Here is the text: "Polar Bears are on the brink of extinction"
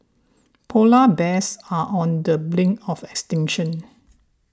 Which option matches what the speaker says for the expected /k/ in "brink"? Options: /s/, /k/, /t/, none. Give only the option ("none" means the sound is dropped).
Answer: none